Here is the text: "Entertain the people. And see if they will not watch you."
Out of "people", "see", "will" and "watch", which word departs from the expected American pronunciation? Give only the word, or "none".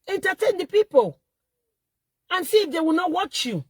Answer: none